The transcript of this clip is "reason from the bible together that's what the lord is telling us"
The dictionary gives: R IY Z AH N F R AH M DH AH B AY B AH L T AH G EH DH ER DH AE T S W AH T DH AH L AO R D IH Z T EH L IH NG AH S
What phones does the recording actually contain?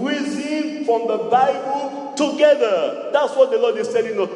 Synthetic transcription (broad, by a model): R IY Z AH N F R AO M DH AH B AY B AH L T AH G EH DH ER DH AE T S W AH T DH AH L AO D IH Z S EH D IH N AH